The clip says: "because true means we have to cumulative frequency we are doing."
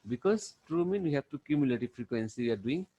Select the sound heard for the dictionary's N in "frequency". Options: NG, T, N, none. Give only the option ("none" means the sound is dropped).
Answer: N